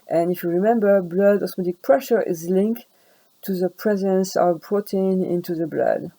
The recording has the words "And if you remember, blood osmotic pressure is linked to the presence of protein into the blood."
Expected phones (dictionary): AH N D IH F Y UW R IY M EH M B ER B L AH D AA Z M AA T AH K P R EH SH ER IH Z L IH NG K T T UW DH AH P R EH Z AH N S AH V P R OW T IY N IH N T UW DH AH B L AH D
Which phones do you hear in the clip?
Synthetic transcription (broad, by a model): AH N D IH F Y UW R IY M EH M B ER B L AH D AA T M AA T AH K P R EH SH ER IH Z L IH NG K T T UW DH AH P R EH Z AH N S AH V B R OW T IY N IH N T UW DH AH B L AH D